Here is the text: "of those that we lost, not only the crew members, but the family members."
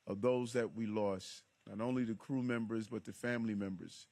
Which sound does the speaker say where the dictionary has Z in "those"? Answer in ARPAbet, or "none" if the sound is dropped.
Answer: Z